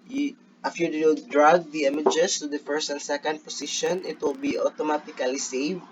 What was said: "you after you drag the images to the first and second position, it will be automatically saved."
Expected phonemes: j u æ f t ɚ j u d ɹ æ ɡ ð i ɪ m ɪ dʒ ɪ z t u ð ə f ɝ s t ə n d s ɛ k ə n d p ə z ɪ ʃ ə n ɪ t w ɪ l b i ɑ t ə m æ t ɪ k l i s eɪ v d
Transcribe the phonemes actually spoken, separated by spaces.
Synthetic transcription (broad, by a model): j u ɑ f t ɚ j u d ɹ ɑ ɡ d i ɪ m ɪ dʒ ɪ s t u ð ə f ɝ s t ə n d s ɛ k ə n d p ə s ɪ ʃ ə n ɪ t w ɪ l b i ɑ t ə m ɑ t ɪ k l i s eɪ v